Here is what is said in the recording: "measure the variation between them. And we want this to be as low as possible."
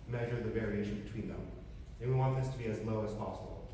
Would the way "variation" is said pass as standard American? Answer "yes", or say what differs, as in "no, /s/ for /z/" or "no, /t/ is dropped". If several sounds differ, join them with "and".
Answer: yes